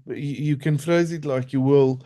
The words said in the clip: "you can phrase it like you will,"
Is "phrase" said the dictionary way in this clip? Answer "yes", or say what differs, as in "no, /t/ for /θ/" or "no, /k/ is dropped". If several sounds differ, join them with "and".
yes